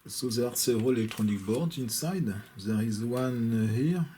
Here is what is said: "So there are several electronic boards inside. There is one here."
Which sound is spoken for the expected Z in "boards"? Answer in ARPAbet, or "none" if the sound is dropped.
none